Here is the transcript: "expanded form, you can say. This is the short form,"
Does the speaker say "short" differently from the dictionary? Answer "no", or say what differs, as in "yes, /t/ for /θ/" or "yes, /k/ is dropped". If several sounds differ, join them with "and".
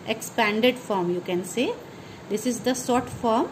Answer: yes, /s/ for /ʃ/